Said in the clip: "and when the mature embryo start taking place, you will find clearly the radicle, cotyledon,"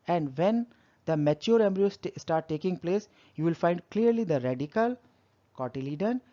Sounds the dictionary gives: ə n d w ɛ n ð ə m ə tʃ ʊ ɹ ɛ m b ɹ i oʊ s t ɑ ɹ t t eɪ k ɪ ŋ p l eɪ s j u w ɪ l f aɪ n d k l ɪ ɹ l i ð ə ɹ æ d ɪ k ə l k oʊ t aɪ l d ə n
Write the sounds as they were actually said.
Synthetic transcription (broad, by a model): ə n d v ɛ n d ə m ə tʃ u ɹ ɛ m b ɹ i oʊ s t ɑ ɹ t t eɪ k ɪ ŋ p l eɪ s j u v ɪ l f aɪ n d k l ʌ ɹ l i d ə ɹ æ d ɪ k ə l k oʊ t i l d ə n